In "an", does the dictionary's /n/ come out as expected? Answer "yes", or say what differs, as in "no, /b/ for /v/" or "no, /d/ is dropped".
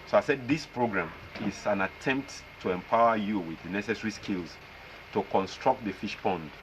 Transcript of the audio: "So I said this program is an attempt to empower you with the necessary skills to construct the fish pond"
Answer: yes